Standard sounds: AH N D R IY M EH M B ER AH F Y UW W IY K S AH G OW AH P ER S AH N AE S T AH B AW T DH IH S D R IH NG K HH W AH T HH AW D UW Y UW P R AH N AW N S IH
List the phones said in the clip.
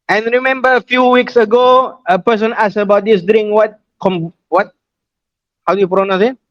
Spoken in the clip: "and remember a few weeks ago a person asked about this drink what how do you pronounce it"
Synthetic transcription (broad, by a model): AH N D R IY M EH M B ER AH F Y UW W IY K S AH G OW AH P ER S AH N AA S AH B AW T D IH S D W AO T K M W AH T HH AW D UW Y UW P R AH N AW S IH